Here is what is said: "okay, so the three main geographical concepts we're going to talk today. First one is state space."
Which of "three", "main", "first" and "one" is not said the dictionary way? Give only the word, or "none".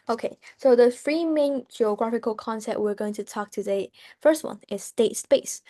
three